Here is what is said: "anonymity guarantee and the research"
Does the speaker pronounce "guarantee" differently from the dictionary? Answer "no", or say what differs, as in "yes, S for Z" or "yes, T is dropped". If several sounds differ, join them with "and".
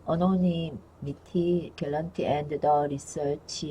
yes, L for R